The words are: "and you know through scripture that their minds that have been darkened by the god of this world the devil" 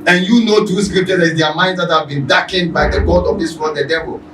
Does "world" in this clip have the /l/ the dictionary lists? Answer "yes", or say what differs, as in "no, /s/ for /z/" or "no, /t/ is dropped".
no, /n/ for /l/